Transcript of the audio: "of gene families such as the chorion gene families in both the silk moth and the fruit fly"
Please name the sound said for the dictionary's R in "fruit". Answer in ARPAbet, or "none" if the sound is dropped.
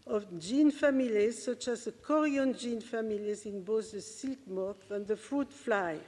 R